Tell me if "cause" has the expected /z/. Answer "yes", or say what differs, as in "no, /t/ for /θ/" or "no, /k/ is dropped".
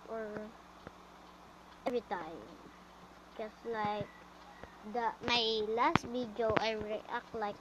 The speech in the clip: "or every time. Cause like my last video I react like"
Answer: no, /s/ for /z/